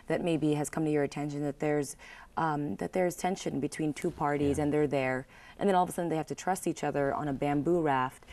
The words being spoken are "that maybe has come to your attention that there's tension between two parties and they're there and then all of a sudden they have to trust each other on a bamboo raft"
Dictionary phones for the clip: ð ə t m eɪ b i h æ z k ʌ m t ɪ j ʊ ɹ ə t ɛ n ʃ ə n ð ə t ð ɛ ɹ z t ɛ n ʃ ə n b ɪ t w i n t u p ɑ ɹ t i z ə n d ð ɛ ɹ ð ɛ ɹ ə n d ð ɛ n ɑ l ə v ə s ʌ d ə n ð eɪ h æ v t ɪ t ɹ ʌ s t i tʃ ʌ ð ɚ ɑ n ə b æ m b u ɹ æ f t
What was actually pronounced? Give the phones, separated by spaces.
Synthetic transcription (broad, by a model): ð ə t m eɪ b i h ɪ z k ʌ m t ɪ j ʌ ɹ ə t ɛ n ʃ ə n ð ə t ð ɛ ɹ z t ɛ n ʃ ə n b ɪ t w i n t u p ɑ ɹ t i z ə n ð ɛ ɹ ð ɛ ɹ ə n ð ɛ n ɑ l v ə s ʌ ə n ð eɪ h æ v t ɪ t ɹ ʌ s t i tʃ ʌ ð ɚ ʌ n ə b æ m b u ɹ æ f t